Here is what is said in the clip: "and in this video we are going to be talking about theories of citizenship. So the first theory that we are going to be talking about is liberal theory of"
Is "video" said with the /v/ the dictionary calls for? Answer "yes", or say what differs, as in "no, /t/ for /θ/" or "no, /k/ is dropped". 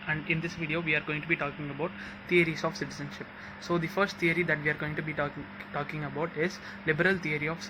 yes